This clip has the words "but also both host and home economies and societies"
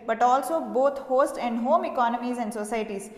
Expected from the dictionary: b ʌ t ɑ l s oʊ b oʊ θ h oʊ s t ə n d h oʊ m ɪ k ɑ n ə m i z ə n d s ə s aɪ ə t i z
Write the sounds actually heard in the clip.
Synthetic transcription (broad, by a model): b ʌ t ɑ l s oʊ b oʊ t h oʊ s t ə n d h oʊ m ɪ k ɑ n ə m i z ə n d s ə s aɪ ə t i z